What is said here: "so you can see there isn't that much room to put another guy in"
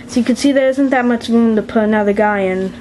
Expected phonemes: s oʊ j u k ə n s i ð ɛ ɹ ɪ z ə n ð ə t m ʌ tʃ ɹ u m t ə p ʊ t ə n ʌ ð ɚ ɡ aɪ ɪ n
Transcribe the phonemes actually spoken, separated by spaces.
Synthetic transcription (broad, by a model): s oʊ j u k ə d s i ð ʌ ɹ ɪ z ə n ð ə t m ʌ tʃ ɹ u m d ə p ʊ ə n ʌ ð ɚ ɡ aɪ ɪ n